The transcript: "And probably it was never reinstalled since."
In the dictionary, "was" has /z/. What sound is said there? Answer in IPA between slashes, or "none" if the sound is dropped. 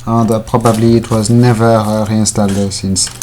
/z/